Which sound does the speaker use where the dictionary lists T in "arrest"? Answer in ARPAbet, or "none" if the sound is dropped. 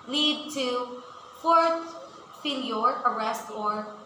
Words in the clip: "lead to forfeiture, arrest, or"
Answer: T